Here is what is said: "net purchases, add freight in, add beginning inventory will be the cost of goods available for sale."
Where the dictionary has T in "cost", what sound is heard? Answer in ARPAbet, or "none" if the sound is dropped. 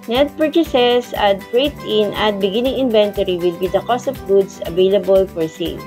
T